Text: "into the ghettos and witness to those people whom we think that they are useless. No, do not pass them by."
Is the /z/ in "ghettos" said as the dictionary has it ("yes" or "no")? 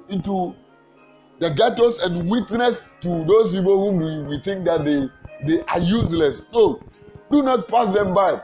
no